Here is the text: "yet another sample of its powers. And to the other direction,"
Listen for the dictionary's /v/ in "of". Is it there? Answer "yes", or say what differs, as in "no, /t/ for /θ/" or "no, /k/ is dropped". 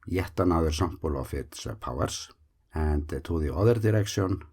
no, /f/ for /v/